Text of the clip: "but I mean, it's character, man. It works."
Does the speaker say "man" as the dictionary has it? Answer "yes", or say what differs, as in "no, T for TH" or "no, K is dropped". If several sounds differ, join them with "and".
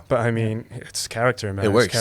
no, N is dropped